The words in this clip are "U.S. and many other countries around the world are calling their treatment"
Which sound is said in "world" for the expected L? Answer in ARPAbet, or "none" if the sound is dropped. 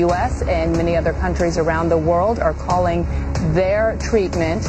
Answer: L